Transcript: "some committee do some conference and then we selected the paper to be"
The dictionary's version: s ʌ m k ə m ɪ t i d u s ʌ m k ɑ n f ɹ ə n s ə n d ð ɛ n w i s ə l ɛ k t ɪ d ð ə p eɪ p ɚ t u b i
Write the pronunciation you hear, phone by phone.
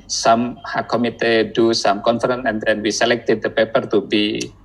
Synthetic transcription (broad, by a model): s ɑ m k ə m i t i d u s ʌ m k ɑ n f ɹ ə n ə n d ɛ n w i s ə l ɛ k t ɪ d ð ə p eɪ p ɚ t u b i